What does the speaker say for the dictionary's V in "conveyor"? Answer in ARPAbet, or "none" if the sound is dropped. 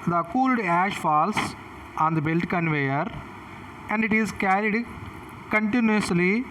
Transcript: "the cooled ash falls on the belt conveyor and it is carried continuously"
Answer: V